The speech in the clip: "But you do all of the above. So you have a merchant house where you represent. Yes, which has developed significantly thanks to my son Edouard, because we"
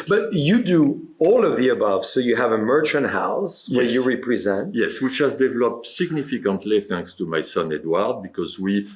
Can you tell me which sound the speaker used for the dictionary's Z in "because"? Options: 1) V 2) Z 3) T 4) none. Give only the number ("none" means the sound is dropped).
2